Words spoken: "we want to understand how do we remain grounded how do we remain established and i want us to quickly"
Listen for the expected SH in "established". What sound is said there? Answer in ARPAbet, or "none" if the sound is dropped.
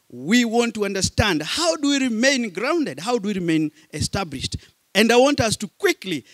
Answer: SH